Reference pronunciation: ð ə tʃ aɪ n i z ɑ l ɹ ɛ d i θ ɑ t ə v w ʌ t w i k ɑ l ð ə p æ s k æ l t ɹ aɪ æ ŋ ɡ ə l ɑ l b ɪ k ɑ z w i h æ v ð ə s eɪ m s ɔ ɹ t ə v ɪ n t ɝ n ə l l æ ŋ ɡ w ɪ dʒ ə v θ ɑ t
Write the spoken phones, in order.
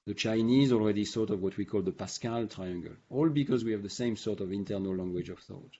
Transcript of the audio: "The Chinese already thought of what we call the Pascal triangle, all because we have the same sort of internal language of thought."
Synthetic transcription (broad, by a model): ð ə tʃ aɪ n i z ɑ l ɹ ɛ d i s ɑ t ə v w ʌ t w i k ɑ l ð ə p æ s k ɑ l t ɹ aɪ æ ŋ ɡ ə l ɑ l b ɪ k ɑ z w i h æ v ð ə s eɪ m s ɔ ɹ t ə v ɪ n t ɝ n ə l l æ ŋ ɡ w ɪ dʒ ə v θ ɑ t